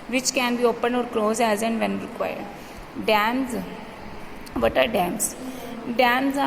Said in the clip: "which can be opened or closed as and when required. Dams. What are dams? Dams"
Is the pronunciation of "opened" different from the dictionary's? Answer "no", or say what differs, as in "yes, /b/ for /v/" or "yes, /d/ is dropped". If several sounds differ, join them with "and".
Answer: yes, /d/ is dropped